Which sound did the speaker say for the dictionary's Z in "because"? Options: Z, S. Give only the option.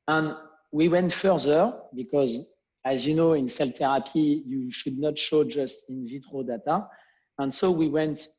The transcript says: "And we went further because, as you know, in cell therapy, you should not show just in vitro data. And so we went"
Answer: Z